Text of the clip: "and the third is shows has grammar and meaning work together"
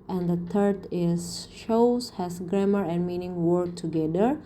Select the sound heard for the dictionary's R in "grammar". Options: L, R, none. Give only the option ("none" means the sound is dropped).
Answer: R